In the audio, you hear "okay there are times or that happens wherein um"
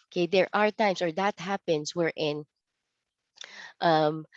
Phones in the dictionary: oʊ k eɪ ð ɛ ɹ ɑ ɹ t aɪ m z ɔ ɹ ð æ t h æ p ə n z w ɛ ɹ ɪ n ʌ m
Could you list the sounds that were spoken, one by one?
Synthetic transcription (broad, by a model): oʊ k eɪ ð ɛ ɹ ɑ ɹ t aɪ m s ɔ ɹ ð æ t h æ p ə n s w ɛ ɹ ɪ n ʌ m